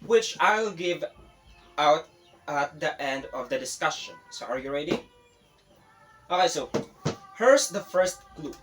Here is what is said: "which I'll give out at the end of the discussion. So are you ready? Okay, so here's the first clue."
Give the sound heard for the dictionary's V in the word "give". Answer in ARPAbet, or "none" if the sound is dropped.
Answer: V